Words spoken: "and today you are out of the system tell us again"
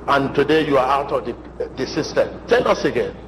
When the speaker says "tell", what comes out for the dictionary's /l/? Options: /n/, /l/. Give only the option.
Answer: /n/